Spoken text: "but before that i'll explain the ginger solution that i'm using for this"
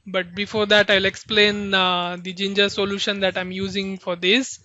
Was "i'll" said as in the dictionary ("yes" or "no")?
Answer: yes